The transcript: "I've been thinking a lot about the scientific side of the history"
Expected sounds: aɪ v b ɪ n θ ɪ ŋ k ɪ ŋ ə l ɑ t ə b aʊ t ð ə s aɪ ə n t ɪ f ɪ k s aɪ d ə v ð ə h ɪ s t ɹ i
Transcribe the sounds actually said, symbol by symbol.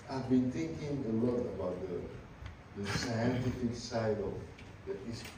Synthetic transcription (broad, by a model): aɪ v b ɪ n t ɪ ŋ k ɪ ŋ ə l ɑ t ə b aʊ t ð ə s aɪ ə n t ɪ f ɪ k s aɪ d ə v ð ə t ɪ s